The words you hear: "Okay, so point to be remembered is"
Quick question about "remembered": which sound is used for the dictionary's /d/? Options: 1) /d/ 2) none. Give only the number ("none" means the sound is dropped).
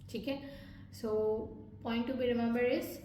2